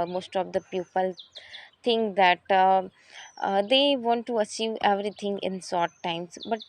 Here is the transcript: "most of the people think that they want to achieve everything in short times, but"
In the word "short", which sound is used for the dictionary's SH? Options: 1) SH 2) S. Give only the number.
2